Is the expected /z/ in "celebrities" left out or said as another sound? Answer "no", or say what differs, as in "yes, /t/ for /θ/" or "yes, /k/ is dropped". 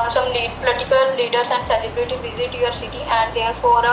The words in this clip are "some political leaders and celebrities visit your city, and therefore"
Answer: yes, /z/ is dropped